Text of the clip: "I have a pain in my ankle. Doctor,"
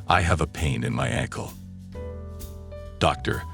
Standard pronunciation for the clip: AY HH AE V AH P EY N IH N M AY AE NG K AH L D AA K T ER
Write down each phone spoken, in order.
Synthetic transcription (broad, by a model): AY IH V AH P EY N IH N M AY AE NG K AH L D AA K T ER